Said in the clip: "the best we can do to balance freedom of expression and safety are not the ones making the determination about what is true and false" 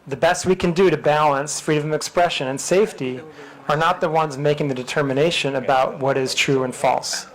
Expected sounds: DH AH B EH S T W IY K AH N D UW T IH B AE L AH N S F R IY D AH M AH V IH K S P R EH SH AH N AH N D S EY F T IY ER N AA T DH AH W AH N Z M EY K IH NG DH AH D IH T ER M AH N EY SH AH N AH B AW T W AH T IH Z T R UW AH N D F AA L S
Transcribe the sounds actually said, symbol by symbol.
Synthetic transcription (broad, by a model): DH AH B EH S T W IY K AH N D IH T IH B AE L AH N S F R IY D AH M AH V IH K S P R EH SH AH N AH N S EY F T IY ER N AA T DH AH W AH N Z M EY K IH NG DH AH D IH T ER M AH N EY SH AH N AH B AW T W AH T IH Z T R UW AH N F AA L S